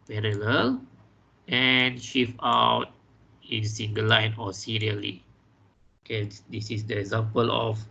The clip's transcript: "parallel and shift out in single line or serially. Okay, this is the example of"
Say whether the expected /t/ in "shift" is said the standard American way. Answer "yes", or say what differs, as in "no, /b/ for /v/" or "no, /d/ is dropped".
no, /t/ is dropped